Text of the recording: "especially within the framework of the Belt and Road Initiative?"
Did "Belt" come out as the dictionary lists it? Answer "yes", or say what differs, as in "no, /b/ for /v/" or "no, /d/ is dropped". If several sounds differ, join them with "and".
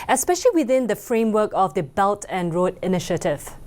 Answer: yes